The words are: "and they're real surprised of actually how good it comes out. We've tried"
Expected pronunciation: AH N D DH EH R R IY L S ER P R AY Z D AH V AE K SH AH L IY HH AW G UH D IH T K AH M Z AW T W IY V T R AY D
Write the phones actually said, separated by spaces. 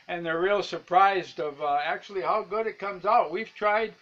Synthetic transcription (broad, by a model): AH N DH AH R R IY L S ER P R AY Z D AH V AE K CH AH L IY HH AW G UH D IH T K AH M Z AW T W IY V T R AY D